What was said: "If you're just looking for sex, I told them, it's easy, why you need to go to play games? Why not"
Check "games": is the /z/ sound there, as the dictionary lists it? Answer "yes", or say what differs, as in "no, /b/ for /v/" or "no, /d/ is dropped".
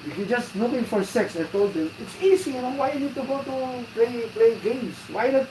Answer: no, /s/ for /z/